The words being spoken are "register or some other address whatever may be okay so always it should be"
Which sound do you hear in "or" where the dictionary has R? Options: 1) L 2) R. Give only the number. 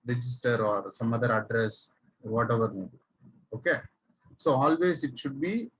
2